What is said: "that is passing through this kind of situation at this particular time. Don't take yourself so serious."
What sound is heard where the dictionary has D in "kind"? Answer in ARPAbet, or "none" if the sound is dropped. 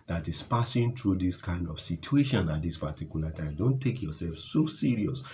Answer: D